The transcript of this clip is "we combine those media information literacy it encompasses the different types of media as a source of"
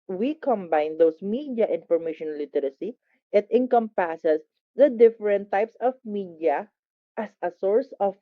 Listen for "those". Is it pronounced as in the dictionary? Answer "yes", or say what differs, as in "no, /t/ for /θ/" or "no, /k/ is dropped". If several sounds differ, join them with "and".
no, /s/ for /z/